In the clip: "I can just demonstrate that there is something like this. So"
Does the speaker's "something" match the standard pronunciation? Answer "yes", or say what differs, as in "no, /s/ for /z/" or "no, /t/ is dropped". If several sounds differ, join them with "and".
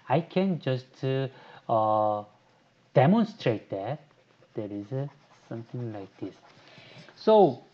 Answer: no, /t/ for /θ/